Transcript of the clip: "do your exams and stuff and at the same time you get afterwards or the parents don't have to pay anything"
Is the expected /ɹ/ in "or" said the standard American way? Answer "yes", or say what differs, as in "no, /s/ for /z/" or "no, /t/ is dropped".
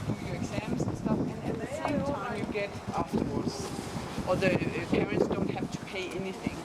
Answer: no, /l/ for /ɹ/